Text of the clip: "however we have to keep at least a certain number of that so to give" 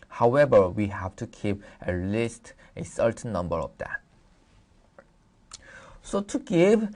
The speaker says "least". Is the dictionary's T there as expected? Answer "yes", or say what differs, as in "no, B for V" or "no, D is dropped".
yes